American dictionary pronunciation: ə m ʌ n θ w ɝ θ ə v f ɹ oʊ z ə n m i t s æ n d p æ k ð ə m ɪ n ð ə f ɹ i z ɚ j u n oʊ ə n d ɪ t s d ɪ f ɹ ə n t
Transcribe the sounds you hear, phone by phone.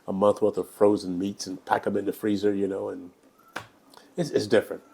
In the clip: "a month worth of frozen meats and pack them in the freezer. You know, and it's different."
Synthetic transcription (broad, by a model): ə m ʌ n θ w ɝ θ ə v f ɹ oʊ z ə n m i t s n p æ k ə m ɪ n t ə f ɹ i z ɚ j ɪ n oʊ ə n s ɪ t s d ɪ f ɹ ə n t